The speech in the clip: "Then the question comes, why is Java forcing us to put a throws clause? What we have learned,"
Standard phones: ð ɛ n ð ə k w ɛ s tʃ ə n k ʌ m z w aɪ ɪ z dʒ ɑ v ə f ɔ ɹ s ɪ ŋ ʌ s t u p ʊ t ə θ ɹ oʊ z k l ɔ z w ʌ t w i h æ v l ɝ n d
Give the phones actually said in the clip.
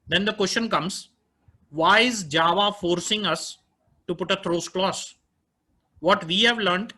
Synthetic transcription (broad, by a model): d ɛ n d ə k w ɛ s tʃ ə n k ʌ m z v aɪ ɪ z dʒ ɑ v ə f ɔ ɹ s ɪ ŋ ʌ s t u p ʊ t ə t ɹ oʊ s k l ɔ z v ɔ t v i h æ v l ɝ n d